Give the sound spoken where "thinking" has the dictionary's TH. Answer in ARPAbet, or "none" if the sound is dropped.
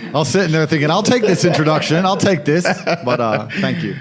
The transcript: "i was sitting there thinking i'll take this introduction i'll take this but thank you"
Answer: TH